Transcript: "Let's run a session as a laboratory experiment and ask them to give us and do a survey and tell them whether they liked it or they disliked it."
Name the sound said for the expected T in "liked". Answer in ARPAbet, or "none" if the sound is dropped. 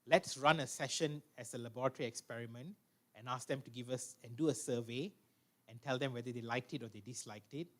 T